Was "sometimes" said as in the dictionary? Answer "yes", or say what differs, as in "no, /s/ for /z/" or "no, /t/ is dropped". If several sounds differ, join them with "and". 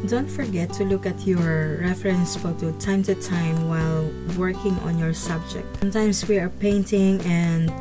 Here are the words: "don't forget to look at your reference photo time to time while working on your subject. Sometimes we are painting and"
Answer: no, /s/ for /z/